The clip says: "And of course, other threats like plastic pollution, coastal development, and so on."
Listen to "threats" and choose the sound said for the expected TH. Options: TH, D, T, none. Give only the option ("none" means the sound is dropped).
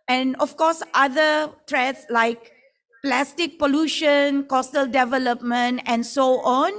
T